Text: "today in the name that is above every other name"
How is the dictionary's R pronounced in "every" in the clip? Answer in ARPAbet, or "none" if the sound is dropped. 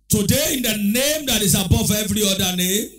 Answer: R